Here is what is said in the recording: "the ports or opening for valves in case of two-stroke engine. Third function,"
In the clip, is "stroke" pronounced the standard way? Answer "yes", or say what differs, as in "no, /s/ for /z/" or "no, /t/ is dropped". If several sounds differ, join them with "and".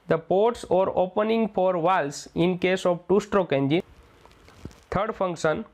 yes